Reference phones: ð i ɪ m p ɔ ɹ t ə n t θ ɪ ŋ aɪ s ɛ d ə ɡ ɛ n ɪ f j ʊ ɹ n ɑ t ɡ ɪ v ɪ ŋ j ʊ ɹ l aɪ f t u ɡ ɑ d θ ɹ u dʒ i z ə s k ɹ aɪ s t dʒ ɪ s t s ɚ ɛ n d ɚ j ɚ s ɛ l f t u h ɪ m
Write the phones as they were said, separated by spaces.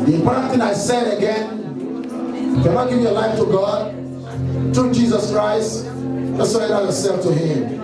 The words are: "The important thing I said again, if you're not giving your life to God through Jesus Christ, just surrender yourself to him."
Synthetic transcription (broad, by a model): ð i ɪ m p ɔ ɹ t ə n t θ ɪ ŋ aɪ s ɛ d ə ɡ ɛ n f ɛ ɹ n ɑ ɡ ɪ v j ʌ l aɪ f t u ɡ ɑ d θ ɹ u dʒ i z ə s k ɹ aɪ s t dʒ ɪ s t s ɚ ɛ d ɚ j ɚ s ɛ l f t u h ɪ m